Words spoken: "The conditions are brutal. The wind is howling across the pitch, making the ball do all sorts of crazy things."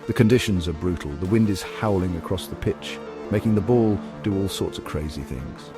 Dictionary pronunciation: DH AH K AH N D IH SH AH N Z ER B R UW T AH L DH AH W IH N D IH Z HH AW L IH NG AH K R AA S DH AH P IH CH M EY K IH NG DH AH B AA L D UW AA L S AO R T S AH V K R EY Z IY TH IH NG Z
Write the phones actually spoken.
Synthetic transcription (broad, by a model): DH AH K AH N D IH SH AH N Z ER B R UW T L DH AH W IH N D IH Z HH AW L IH NG AH K R AA S DH AH P IH CH M EY K IH NG DH AH B AA L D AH AA L S AO R T S AH V K R EY Z IY TH IH NG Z